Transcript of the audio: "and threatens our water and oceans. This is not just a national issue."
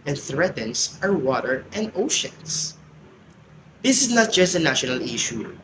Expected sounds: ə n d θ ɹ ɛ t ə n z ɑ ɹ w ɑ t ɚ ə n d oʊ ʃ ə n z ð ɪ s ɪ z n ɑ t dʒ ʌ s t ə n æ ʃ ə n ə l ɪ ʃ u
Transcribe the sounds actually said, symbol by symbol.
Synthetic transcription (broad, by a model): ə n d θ ɹ ɛ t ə n s ɑ ɹ w ɑ t ɚ ə n d oʊ ʃ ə n s ð ɪ s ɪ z n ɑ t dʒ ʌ s t ə n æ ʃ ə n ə l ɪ ʃ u